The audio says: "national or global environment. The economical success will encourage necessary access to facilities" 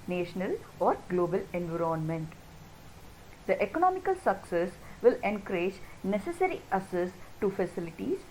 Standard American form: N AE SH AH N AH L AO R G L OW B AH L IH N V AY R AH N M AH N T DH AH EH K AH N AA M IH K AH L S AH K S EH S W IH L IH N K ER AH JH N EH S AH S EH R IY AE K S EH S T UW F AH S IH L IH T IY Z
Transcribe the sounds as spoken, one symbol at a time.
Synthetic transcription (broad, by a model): N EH SH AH N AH L AO R G L OW B AH L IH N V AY R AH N M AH N T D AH EH K AH N AA M IH K AH L S AH K S EH S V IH L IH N K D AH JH N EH S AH S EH R IY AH S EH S T UW F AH S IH L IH T IY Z